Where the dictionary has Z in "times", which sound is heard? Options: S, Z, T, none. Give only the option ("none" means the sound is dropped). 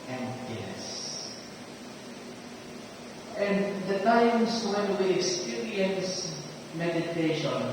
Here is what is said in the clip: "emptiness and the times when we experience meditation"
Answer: S